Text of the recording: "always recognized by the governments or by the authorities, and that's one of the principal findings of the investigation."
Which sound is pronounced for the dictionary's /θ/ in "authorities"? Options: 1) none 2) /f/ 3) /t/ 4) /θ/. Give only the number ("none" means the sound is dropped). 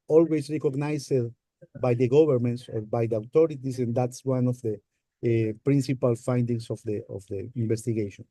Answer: 3